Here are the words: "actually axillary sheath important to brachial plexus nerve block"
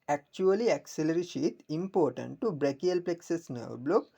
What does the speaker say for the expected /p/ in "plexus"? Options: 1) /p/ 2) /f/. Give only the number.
1